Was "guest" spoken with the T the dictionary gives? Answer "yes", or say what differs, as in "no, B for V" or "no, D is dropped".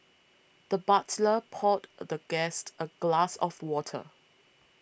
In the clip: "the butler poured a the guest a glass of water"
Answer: yes